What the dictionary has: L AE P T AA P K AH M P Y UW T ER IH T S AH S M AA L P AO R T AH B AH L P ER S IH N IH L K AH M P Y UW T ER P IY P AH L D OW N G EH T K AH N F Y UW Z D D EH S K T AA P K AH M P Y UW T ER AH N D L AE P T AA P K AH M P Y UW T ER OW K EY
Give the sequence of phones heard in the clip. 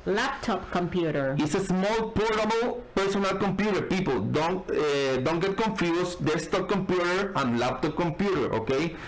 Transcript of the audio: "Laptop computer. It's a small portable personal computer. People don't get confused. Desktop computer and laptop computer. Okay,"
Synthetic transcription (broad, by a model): L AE P T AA P K AH M P Y UW T ER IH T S AH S M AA L P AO R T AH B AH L P ER S IH N IH L K AH M P Y UW T ER P IY P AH N D OW N G EH T K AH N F Y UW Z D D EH S T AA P K AH M P Y UW T ER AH N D L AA P T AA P K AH M P Y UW T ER OW K EY